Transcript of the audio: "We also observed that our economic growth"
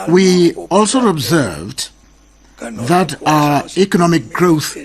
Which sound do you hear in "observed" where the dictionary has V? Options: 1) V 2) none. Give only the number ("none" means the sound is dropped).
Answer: 1